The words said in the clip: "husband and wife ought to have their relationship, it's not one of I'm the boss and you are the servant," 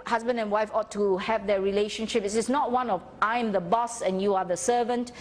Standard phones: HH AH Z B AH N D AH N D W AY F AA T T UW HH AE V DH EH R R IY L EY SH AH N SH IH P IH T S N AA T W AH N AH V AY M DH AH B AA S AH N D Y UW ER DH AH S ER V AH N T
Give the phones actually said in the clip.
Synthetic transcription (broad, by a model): HH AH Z B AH N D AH N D W AY F AA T T UW HH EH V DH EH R R IY L EY SH AH N SH IH P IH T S N AA T W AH N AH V AY M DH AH B AA S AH N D Y UW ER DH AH S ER V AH N T